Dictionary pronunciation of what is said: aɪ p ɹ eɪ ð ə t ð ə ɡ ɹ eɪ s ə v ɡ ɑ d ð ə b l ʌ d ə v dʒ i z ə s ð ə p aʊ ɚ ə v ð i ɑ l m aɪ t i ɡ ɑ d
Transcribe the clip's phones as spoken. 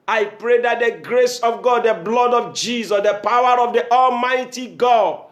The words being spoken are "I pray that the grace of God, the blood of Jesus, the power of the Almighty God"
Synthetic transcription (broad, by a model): aɪ p ɹ eɪ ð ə t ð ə ɡ ɹ eɪ s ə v ɡ ɑ d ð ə b l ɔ d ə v dʒ i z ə s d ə p aʊ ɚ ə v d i ɑ l m aɪ t i ɡ ɑ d